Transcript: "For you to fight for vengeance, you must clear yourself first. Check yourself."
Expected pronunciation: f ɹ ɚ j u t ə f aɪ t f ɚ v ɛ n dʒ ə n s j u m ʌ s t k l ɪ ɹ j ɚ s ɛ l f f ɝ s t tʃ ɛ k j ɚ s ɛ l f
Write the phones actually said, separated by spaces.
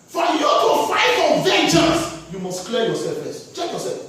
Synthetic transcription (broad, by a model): f ɹ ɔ j u t ə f aɪ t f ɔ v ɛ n tʃ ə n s j u m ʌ s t k l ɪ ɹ j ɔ s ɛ l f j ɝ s tʃ ɛ k j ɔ s ɛ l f